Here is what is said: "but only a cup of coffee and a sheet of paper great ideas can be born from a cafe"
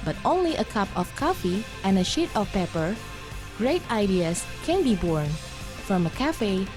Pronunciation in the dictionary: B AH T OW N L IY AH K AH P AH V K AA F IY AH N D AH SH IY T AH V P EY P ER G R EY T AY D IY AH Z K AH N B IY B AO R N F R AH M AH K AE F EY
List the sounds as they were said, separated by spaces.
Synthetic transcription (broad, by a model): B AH T OW N L IY AH K AH P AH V K AA F IY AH N AH SH IY T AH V P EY P ER G R EY T AY D IY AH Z K AH N B IY B AO R N F R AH M AH K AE F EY